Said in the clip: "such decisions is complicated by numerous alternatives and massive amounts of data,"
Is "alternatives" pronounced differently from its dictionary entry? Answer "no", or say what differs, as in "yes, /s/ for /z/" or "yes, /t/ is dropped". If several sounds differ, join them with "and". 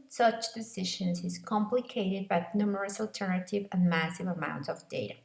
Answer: yes, /z/ is dropped